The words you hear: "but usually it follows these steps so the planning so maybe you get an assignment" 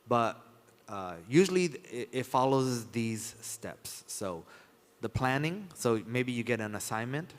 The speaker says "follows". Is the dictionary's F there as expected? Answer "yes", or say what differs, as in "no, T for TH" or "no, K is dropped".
yes